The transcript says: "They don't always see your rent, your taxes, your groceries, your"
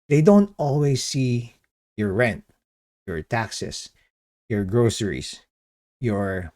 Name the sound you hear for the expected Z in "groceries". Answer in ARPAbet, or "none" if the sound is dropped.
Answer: S